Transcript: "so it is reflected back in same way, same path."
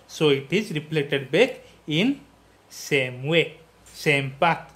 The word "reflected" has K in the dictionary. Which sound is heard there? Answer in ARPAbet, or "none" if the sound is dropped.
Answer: none